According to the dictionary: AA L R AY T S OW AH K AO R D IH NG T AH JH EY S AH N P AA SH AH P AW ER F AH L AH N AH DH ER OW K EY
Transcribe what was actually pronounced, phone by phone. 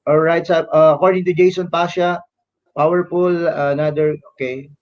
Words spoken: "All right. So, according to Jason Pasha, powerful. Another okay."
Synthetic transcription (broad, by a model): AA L R AY T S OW AH K AO R D IH NG T AH JH EY S AH N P AA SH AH P AW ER P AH L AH N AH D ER OW K EY